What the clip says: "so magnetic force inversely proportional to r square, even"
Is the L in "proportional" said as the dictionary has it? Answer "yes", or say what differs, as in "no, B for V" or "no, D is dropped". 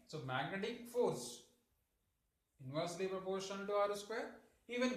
no, N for L